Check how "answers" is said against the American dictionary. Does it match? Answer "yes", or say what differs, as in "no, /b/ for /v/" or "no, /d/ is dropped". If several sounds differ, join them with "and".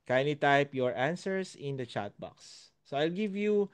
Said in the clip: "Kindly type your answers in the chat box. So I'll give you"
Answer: no, /s/ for /z/